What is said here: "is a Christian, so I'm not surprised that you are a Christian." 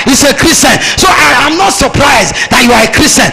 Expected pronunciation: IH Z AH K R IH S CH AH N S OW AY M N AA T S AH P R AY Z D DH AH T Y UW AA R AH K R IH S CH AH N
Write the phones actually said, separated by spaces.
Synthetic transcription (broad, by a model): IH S AH K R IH S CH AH N S OW AY M N AA T S AH P R AY Z D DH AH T Y UW AA R AH K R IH S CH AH N